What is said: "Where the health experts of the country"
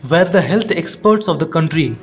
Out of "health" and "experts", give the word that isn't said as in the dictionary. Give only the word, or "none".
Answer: health